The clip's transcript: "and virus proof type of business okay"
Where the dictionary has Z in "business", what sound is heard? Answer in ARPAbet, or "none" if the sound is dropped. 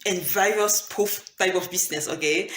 S